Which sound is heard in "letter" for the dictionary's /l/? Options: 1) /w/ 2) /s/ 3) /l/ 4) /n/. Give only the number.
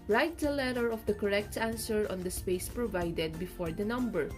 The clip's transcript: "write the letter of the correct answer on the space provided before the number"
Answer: 3